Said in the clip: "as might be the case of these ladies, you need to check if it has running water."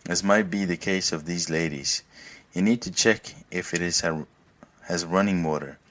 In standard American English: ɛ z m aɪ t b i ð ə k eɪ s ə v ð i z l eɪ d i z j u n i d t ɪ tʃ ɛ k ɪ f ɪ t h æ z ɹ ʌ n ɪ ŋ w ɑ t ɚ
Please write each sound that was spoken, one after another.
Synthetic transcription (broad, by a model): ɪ z m aɪ t b i ð ə k eɪ s ə v ð i z l eɪ d i z j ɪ n i d t ɪ tʃ ɛ k ɪ f ɪ t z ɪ z ɹ ʌ n ɪ ŋ w ɑ t ɚ